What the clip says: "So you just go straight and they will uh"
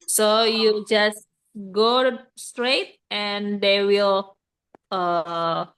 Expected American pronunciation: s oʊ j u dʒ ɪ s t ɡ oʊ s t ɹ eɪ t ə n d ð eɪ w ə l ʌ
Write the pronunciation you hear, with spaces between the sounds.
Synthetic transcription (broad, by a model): s oʊ j u dʒ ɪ s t ɡ oʊ s t ɹ eɪ t ə n d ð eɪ w ə l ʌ